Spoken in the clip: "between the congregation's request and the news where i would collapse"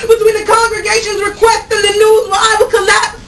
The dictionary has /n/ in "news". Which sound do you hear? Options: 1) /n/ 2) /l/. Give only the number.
2